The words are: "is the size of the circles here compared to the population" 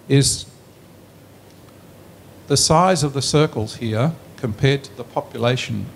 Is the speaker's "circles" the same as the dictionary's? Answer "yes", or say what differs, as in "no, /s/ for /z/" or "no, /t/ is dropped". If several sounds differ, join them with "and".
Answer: yes